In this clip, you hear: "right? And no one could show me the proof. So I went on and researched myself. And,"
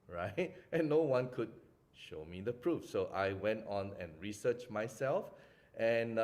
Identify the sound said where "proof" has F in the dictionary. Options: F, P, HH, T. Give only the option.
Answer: F